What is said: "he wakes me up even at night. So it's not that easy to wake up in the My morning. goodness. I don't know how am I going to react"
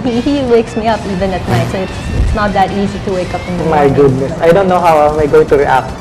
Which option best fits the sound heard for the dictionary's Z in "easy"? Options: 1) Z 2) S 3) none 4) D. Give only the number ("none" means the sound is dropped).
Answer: 1